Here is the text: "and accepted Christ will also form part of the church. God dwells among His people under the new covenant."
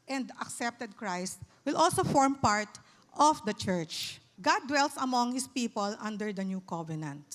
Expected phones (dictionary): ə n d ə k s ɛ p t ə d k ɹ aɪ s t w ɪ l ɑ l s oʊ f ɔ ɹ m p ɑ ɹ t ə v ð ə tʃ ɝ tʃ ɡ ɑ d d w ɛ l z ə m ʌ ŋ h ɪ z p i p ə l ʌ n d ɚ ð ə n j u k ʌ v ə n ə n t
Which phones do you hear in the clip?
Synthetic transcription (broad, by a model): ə n d ə k s ɛ p t ə d k ɹ aɪ s t w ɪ l ɑ l s oʊ f ɔ ɹ m p ɑ ɹ t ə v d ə tʃ ɝ tʃ ɡ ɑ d d w ɛ l s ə m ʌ ŋ h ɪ s p i p ə l ʌ n d ɚ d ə n j u k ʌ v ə n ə n t